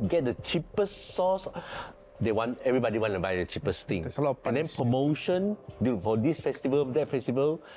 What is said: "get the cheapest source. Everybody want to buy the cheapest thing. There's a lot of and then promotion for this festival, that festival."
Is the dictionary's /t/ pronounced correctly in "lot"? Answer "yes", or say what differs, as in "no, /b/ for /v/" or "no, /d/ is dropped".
no, /t/ is dropped